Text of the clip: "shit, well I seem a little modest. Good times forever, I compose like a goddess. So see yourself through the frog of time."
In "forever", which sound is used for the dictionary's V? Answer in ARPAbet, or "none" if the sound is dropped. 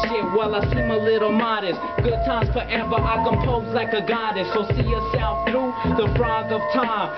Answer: B